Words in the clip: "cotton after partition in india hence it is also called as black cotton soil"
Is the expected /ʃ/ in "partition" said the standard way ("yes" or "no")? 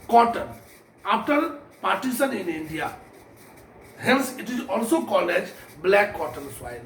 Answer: no